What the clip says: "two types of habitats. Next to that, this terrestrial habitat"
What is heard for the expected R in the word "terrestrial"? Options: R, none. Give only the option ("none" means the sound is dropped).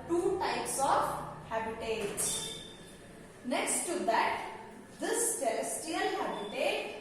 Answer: none